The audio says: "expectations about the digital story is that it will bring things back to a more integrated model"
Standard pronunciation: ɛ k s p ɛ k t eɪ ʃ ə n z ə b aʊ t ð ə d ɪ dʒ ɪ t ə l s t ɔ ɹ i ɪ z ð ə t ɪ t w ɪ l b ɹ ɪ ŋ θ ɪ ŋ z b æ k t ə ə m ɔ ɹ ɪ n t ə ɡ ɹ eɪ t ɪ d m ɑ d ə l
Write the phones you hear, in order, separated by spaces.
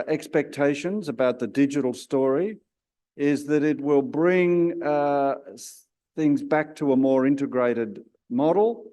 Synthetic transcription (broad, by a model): ɛ k s p ɛ k t eɪ ʃ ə n z ə b aʊ t ð ə d ɪ dʒ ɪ t l s t ɔ ɹ i ɪ z ð ə t ɪ t w ɪ l b ɹ ɪ ŋ θ ɪ ŋ z b æ k t ə ə m ɔ ɹ ɪ n t ə ɡ ɹ eɪ t ɪ d m ɑ d l